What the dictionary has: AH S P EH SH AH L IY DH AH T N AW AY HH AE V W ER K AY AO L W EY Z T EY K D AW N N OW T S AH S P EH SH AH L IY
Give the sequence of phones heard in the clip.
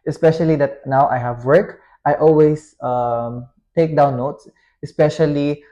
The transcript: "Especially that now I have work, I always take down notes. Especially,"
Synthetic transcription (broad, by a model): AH S P EH SH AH L IY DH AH T N AW AY HH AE V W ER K AY AO L W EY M T EY K D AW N N OW T S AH S P EH SH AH L IY